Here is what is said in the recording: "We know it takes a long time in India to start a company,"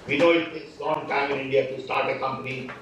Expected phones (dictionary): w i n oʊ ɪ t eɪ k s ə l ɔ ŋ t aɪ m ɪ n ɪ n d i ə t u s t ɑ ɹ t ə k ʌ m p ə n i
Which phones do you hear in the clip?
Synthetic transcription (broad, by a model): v i n oʊ ɪ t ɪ s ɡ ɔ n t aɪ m ɪ n ɪ n d i ə t u s t ɑ ɹ t ə k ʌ m p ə n i